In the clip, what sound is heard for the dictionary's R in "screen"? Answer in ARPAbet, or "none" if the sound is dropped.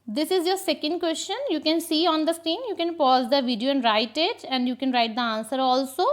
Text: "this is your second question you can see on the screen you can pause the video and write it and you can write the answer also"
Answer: none